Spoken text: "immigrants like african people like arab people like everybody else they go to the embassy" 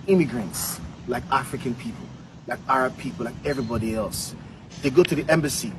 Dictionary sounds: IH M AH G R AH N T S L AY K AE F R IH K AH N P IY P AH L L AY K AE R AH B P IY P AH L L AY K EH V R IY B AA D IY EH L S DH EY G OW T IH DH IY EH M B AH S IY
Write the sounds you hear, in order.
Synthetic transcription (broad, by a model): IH M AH G R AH N T S L AY K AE F R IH K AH N P IY P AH L L AY K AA R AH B P IY P L L AY K EH V R IY B AA D IY EH L S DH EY G OW T IH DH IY EH M B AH S IY